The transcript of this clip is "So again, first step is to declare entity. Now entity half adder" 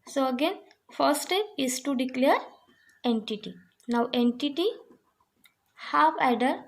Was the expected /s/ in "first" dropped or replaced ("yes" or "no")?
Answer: yes